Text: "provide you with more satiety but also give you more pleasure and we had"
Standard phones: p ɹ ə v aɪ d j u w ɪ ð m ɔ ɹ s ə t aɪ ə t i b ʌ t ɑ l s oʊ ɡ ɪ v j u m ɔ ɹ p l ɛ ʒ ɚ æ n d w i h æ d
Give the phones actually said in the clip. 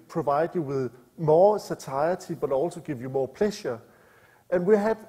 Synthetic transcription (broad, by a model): p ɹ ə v aɪ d j u w ɪ ð m ɔ s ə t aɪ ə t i b ʌ t ɑ l s oʊ ɡ ɪ v j u m ɔ p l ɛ ʃ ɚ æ n w i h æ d